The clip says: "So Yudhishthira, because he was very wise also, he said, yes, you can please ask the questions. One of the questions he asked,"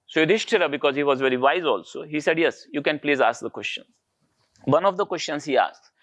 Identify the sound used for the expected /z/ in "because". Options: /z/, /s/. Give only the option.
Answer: /z/